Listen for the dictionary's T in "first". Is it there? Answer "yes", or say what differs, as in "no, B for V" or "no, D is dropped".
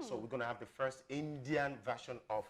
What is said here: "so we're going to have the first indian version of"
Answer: yes